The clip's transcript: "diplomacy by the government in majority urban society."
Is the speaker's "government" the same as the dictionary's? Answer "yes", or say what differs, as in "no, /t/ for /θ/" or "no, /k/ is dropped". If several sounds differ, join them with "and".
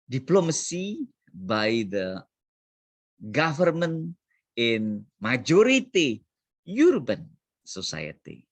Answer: no, /t/ is dropped